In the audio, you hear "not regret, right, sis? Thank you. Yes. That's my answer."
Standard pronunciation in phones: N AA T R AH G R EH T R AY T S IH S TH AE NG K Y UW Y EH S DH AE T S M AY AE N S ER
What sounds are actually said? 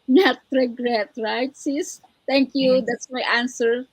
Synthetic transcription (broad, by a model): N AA T R AH G R EH T R AY T S IH S T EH NG K Y UW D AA T S M AY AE N S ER